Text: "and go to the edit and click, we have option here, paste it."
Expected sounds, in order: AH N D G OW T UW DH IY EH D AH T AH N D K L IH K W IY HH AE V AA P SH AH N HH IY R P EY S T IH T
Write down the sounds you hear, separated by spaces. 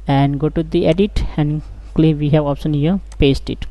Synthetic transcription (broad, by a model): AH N D G OW T UW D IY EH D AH T AH N D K L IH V IY HH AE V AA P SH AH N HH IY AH P EY S T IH T